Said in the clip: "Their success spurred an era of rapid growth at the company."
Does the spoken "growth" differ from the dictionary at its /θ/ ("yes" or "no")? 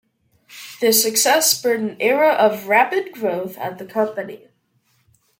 no